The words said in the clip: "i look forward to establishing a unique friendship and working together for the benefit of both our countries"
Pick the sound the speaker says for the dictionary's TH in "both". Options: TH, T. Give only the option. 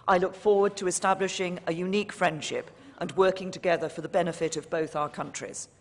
TH